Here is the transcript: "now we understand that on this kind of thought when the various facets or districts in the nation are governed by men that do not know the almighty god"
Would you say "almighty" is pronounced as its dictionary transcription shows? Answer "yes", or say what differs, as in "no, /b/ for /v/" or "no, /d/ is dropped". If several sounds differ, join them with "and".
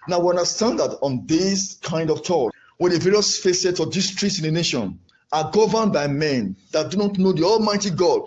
yes